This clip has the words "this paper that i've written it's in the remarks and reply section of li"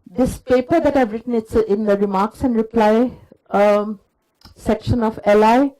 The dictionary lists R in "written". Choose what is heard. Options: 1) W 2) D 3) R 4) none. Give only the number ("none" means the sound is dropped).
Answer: 3